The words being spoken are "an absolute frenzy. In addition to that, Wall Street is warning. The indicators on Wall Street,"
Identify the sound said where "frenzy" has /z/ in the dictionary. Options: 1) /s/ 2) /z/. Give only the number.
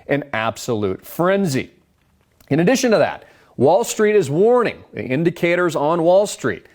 2